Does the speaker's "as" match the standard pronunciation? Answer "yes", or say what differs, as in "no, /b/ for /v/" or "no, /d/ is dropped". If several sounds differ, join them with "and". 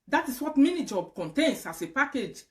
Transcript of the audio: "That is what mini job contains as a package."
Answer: no, /s/ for /z/